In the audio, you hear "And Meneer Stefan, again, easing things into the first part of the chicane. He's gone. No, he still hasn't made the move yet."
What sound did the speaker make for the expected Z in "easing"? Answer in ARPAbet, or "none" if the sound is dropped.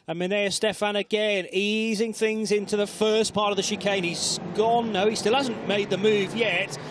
Z